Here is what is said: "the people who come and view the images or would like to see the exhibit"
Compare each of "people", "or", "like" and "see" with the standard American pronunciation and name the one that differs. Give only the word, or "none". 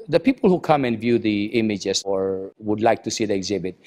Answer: none